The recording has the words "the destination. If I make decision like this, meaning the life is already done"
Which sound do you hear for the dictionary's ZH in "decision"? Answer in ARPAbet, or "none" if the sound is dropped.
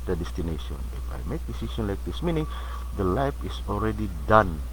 SH